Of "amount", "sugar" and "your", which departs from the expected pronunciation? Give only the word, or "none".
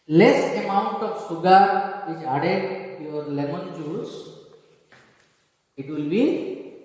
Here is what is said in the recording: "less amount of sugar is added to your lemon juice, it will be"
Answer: sugar